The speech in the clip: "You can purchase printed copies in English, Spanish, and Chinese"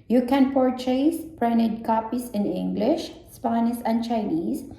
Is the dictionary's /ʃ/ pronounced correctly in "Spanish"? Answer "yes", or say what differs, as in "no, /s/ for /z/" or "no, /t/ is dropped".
no, /s/ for /ʃ/